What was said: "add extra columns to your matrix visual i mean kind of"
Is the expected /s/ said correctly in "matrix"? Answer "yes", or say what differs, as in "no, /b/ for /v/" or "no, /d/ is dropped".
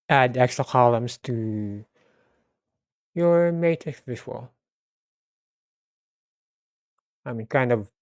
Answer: no, /s/ is dropped